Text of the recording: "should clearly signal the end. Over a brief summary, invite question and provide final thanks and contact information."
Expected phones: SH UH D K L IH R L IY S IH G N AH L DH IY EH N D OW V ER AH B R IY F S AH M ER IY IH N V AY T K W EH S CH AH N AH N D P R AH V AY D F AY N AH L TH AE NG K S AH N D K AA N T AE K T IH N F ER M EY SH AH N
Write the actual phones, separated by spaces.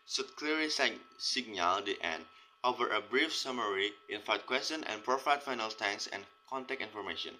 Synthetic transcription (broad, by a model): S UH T K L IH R IY S IH G N AH L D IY EH N D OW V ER AH B R IY F S AH M ER IY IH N F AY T K W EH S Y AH N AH N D P R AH F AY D F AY N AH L T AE NG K S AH N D K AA N T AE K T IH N F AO M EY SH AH N